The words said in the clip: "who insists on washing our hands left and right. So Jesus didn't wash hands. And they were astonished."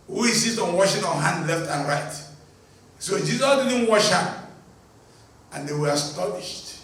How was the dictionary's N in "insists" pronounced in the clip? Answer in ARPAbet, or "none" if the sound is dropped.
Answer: none